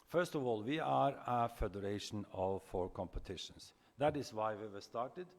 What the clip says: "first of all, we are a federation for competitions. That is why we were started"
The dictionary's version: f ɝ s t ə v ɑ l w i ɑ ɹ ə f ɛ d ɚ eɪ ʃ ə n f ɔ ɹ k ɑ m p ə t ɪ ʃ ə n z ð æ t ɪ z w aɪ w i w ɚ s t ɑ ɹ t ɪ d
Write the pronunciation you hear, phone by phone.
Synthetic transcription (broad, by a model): f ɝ s t ə v ɑ l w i ɑ ɹ ə f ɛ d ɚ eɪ ʃ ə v f ɔ ɹ k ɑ m p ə t ɪ ʃ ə n s ð æ t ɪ s w aɪ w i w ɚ s t ɑ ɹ t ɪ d